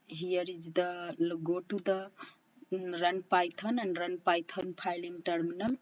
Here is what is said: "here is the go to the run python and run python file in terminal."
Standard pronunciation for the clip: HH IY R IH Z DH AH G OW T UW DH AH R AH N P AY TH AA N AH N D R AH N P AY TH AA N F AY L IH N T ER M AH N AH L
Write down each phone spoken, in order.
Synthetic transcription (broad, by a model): HH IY R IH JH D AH G OW T UW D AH R AH N P AY T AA N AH N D R AH N P AY T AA N P AY L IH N T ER M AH N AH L